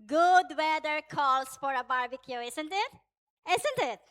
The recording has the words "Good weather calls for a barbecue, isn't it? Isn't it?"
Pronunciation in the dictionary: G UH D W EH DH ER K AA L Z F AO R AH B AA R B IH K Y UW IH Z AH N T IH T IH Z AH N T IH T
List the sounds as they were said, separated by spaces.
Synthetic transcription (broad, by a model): G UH D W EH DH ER K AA L S F AO R AH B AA R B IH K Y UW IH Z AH N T IH T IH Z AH N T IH T